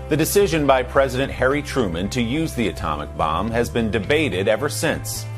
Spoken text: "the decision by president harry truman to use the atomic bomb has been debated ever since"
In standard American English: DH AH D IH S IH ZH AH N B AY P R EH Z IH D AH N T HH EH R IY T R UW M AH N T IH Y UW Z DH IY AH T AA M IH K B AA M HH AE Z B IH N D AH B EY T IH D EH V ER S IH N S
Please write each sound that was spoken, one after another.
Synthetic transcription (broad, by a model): DH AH D IH S IH ZH AH N B AY P R EH Z IH D AH N T HH EH R IY T R UW M AH N T IH Y UW Z DH IY AH T AA M IH K B AA M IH Z B IH N D AH B EY T IH D EH V ER S IH N S